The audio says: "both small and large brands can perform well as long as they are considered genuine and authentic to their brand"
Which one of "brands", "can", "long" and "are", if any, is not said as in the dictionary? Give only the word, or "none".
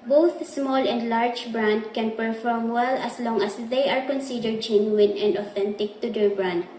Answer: brands